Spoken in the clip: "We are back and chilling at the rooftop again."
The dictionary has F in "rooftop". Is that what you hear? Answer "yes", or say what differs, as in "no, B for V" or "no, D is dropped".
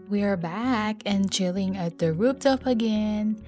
no, P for F